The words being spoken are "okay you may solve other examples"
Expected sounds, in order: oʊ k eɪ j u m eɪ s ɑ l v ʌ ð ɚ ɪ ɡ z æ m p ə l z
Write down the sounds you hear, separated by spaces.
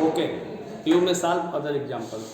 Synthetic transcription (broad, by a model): oʊ k eɪ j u m eɪ s ɑ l ʌ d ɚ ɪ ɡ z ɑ m p ə l